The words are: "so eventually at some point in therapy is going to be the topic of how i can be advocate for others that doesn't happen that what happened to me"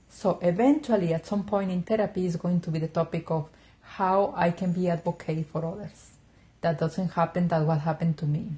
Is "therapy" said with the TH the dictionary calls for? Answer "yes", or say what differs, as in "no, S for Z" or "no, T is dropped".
no, T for TH